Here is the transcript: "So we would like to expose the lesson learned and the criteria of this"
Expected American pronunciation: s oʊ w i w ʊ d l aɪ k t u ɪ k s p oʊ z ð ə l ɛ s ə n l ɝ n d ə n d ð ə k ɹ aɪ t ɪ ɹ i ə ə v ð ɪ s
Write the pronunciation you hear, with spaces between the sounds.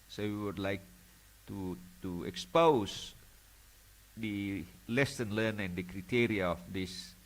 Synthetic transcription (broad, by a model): s oʊ w i w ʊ d l aɪ k t u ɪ k s p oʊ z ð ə l ɛ s ə n l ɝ n ə n d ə k ɹ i t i ɹ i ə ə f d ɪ s